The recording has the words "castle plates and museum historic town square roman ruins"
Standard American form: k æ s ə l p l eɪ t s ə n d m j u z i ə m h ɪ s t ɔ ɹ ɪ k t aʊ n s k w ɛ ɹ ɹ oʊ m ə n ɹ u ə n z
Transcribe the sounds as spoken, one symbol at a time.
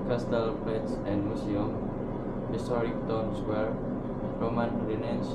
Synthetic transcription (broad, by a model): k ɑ s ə l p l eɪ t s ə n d m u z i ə m h ɪ s t ɔ ɹ ɪ k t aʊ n s w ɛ ɹ ɹ oʊ m ə n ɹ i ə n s